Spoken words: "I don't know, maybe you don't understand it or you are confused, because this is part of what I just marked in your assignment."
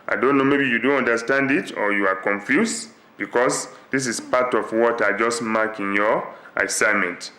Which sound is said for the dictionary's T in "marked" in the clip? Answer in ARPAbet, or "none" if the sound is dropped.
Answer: none